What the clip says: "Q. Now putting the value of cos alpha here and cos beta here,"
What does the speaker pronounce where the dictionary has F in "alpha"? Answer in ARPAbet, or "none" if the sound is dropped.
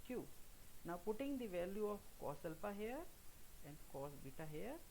P